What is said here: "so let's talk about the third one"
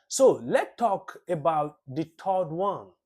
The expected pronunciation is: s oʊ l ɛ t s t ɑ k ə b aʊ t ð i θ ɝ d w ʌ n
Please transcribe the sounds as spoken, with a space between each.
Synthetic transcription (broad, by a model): s oʊ l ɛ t t ɑ k ə b aʊ t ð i t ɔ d w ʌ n